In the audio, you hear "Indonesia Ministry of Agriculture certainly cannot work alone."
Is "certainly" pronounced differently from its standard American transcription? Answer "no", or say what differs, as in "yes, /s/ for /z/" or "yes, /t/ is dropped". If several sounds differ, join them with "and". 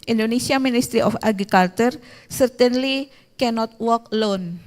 no